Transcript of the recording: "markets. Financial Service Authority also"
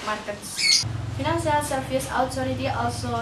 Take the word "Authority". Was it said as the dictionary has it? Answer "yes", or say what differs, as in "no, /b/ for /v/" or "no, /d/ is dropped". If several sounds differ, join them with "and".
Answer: no, /t/ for /θ/